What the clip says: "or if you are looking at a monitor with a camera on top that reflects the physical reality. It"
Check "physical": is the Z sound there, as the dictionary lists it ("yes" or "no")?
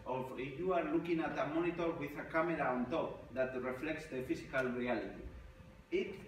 no